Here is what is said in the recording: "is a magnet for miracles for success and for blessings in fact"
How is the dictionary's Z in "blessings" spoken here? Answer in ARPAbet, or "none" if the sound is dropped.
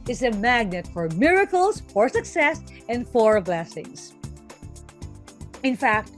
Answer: S